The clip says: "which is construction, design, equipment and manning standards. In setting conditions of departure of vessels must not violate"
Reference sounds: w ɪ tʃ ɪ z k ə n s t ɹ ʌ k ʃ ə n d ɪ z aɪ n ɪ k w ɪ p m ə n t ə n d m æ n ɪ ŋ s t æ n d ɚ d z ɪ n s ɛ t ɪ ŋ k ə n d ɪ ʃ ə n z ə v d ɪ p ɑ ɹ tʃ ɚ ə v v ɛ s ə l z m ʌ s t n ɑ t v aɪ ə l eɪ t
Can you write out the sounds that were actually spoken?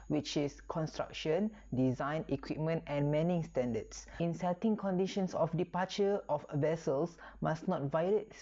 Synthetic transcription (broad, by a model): w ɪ tʃ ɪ s k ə n s t ɹ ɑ k ʃ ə n d ɪ z aɪ n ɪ k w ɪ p m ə n t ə n m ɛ n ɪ ŋ s t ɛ n d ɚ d s ɪ n s ɛ t ɪ ŋ k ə n d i ʃ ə n s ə f d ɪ p ɑ tʃ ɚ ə f v ɛ s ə l s m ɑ s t n ɑ t v aɪ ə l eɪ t